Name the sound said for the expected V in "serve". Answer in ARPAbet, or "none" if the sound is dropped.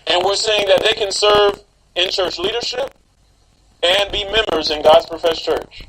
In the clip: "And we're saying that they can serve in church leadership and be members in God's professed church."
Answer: V